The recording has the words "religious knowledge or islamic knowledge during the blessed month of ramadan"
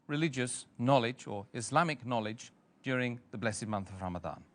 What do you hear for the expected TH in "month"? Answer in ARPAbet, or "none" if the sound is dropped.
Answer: TH